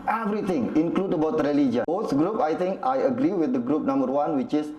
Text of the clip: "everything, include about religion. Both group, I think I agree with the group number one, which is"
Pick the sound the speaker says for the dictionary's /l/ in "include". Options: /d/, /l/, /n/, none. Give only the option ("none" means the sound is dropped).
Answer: /l/